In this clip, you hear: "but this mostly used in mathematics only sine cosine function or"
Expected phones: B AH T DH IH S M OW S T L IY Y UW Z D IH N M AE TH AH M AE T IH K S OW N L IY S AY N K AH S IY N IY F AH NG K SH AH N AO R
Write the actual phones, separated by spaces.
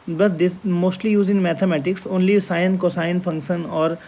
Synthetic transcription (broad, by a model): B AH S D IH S M OW S T L IY Y UW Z IH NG M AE T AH M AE T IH K S OW N L IY S AY N K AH S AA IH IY F AH NG K SH AH N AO R